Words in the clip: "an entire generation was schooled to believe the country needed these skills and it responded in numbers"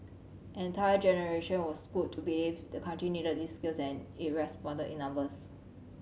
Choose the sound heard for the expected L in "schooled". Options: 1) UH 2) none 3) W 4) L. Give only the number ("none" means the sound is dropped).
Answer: 2